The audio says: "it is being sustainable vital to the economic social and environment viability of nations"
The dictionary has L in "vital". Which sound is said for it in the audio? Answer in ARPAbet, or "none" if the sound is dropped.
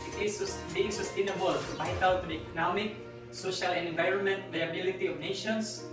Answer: W